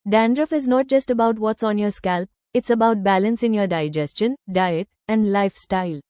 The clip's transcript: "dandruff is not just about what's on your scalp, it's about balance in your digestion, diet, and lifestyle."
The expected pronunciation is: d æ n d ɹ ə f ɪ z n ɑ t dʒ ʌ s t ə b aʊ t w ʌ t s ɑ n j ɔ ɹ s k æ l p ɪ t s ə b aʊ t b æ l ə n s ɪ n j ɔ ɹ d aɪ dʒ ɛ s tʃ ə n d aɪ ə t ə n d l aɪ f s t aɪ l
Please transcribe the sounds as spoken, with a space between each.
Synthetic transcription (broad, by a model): d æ n d ɹ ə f ɪ z n ɑ t dʒ ʌ s t ə b aʊ t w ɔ t s ɑ n j ɔ ɹ s k æ l p ɪ t s ə b aʊ t b æ l ə n s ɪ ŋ j ɔ ɹ d aɪ dʒ ɛ s tʃ ə n d aɪ ə t ə n d l aɪ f s t aɪ l